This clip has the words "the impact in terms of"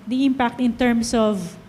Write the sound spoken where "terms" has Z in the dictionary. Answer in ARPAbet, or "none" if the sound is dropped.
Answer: S